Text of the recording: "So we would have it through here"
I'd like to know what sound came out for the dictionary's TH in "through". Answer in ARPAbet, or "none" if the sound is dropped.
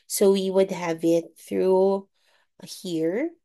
TH